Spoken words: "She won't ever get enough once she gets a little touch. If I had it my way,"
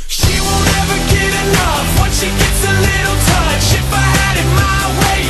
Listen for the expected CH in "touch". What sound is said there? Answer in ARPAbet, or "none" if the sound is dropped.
SH